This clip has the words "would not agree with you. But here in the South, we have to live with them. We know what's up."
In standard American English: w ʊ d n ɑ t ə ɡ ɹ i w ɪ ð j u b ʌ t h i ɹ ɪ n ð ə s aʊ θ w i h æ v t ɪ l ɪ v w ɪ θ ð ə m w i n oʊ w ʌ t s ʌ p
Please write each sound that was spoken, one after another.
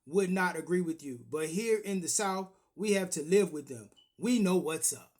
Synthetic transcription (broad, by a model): w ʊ d n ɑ t ə ɡ ɹ i w ɪ ð j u b ʌ t h i ɹ ɪ n ð ə s aʊ θ w i h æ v t ɪ l ɪ v w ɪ ð ə m w i n oʊ w ʌ t s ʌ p